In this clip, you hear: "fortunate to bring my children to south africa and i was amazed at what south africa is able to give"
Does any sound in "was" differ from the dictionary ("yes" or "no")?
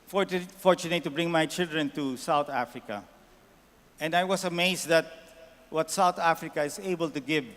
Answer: yes